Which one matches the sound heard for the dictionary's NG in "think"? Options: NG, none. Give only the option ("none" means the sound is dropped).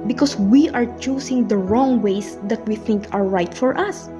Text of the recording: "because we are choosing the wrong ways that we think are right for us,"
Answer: NG